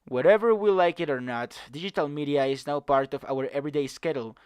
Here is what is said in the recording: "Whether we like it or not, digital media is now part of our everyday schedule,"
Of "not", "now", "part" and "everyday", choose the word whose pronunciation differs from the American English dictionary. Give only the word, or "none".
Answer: none